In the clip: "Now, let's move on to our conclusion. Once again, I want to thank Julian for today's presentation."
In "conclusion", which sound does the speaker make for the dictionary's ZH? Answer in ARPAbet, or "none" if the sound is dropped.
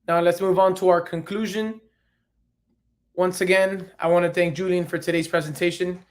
ZH